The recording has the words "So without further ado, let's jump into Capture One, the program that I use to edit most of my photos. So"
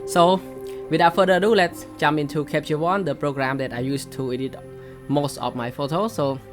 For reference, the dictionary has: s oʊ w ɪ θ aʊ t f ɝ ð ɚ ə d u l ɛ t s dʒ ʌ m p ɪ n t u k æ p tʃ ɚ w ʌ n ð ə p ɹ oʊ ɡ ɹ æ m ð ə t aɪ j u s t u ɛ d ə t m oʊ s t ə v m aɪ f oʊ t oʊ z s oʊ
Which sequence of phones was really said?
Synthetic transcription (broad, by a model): s oʊ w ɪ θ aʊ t f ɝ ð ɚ ə d u l ɛ t s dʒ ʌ m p ɪ n t u k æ p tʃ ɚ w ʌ n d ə p ɹ oʊ ɡ ɹ æ m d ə t aɪ j u s t u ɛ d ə t m oʊ s t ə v m aɪ f oʊ t oʊ s oʊ